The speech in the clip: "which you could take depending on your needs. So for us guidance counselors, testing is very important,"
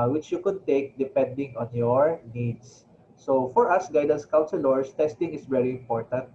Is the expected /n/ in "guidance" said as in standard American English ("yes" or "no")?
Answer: yes